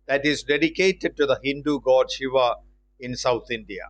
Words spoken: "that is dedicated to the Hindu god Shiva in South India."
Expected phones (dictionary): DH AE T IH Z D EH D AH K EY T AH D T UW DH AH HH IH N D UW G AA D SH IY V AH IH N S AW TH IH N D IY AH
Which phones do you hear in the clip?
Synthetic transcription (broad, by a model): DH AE T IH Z D EH D AH K EY T AH D T UW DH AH HH IH N D UW G AA D SH IY V AH IH N S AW T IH N D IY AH